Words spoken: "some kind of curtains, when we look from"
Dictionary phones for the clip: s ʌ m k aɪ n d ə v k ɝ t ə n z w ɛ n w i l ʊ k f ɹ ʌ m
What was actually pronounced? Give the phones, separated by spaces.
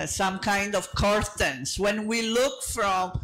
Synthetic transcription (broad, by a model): s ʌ m k aɪ n d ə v k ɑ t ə n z w ɛ n w i l ʊ k f ɹ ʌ m